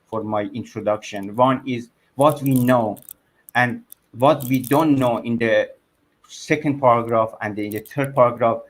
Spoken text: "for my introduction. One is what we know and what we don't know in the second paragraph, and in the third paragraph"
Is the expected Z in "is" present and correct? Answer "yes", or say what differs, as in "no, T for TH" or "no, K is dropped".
yes